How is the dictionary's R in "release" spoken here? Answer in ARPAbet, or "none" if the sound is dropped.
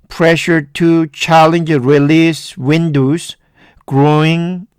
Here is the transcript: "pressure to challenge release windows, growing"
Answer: R